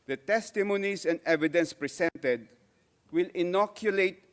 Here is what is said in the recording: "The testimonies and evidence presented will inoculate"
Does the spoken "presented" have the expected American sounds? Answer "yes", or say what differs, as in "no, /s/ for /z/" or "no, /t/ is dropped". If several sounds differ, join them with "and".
no, /s/ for /z/